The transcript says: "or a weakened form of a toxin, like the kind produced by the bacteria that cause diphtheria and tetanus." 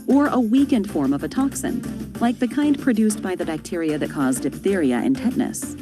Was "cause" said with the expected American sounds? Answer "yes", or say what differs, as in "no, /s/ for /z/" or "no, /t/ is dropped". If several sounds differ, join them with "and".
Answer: yes